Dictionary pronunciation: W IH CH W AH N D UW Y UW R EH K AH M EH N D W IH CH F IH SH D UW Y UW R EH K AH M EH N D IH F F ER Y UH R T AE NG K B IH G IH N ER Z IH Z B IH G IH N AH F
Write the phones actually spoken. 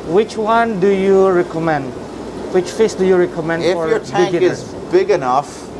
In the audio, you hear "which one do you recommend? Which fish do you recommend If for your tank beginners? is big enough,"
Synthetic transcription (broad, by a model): W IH CH W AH N D UW Y UW R EH K AH M EH N D W IH CH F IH S D UW Y UW R EH K AH M EH N D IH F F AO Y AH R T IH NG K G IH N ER IH Z B IH G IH N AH F